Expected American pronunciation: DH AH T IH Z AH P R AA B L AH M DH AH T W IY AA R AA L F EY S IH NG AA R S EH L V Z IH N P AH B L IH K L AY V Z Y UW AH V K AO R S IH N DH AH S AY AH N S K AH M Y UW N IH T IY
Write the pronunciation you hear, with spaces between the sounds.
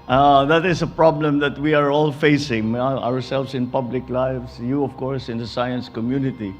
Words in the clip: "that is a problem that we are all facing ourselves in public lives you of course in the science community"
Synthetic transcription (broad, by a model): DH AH T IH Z AH P R AA B L AH M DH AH T W IY AA R AA L F EY S IH NG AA R S EH L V S IH N P AH B L IH K L AY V S Y UW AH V K AO R S IH N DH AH S AY AH N S K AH M Y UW N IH T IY